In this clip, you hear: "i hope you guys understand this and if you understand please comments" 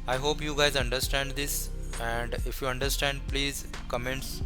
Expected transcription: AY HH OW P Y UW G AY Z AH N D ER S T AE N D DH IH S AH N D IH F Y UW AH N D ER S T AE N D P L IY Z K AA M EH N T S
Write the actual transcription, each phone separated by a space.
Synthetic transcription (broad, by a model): AY HH OW P Y UW G AY Z AH N D ER S T AE N D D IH S AH N D IH F Y UW AH N D ER S T AE N D P L IY Z K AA M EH N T S